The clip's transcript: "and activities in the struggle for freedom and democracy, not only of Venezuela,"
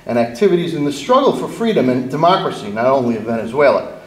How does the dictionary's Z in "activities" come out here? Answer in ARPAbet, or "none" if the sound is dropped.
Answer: Z